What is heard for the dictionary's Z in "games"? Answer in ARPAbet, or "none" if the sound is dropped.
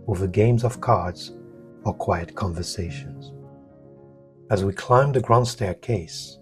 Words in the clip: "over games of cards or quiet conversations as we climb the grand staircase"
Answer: Z